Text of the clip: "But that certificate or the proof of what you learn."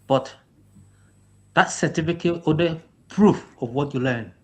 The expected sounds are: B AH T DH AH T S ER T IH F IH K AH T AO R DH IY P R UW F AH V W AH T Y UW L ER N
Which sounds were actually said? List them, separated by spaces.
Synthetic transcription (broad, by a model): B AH T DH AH T S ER T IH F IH K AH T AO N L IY P R UW F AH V W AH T Y UW L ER N